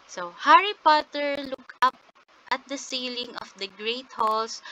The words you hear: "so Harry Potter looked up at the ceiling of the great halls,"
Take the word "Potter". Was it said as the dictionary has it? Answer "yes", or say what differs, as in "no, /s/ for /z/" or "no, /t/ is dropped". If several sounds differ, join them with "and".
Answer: yes